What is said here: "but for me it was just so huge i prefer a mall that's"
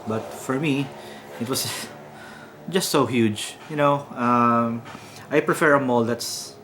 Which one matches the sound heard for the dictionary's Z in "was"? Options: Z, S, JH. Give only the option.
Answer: S